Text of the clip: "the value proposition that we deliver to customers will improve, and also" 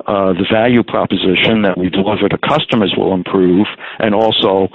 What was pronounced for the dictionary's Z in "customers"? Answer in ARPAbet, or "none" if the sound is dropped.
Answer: Z